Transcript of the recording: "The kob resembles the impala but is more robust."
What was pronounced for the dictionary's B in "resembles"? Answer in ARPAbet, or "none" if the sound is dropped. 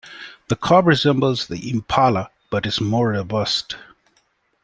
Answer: B